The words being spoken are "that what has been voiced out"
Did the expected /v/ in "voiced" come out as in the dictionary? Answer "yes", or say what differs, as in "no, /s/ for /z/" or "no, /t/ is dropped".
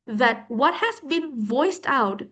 yes